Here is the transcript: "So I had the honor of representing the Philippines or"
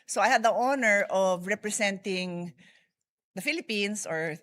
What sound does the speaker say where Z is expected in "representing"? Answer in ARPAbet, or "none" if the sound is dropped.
S